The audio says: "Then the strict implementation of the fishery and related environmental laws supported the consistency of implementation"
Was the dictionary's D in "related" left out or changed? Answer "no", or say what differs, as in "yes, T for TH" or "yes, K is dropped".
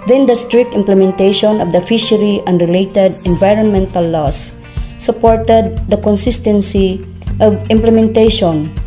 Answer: no